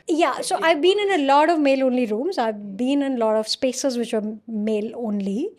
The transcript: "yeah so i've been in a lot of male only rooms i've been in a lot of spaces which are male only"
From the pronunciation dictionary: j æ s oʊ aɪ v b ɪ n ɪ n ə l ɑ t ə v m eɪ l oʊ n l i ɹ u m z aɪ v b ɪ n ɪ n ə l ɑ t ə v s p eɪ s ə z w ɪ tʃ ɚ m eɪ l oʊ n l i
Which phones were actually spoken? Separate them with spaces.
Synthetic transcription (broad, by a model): j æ s oʊ aɪ v b ɪ n ɪ n ə l ɑ t ə v m eɪ l oʊ n l i ɹ u m z aɪ v b ɪ n ɪ n ə l ɑ t ə v s p eɪ s ə z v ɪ tʃ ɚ m eɪ l oʊ n l i